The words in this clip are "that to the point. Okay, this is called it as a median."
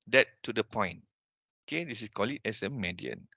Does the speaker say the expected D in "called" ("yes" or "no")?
no